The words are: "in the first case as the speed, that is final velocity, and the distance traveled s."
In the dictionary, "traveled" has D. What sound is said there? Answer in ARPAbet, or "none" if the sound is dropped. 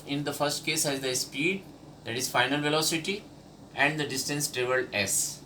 none